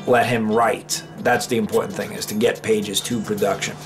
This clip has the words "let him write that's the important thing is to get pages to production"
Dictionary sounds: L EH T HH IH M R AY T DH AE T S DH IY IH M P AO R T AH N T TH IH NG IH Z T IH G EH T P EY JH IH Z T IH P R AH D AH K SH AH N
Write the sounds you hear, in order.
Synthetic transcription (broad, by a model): L EH T HH IH M R AY T DH AE T S DH IY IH M P AO R T N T TH IH NG IH Z T IH G EH T P EY JH IH Z T IH P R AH D AH K SH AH N